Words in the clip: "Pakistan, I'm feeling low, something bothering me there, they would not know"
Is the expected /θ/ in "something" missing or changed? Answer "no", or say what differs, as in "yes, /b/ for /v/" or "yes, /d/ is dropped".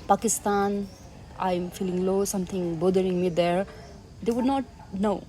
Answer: yes, /t/ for /θ/